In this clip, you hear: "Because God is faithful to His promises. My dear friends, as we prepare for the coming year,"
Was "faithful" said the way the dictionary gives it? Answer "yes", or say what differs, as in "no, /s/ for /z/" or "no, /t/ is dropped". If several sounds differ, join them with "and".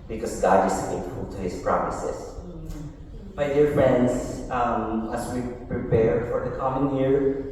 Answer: no, /t/ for /θ/